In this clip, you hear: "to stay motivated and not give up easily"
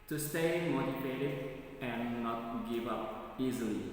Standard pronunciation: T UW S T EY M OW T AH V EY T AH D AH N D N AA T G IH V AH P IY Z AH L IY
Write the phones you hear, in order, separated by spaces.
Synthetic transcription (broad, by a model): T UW S T EY M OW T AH F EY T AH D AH N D N AA T G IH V AH P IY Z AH L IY